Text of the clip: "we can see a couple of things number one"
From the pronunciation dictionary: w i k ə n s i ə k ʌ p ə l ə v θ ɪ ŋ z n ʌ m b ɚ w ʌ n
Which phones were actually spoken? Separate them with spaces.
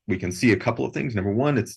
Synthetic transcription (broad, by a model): w i k ə n s i ə k ʌ p l ə v θ ɪ ŋ z n ʌ m b ɚ w ʌ n